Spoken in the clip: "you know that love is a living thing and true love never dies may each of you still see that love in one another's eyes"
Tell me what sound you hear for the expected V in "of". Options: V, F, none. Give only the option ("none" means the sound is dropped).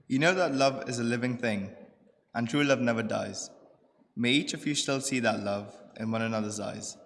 V